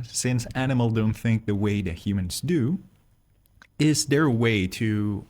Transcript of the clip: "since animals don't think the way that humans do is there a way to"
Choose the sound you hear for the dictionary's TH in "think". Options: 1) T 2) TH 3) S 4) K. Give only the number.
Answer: 2